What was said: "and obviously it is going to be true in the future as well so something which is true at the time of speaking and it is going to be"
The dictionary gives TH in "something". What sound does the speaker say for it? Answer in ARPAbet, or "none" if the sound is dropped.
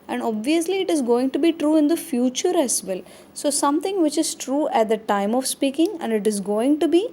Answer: T